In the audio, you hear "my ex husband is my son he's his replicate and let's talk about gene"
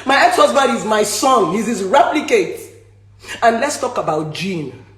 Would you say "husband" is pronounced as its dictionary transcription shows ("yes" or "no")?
no